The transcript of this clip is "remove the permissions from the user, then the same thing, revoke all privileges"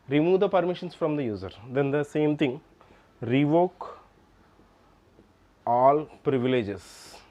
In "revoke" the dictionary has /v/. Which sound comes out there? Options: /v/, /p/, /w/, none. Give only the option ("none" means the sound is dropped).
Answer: /v/